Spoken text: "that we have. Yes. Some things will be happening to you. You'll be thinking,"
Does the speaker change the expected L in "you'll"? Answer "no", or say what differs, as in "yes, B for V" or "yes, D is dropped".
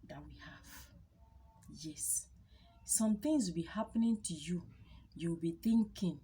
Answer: yes, W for L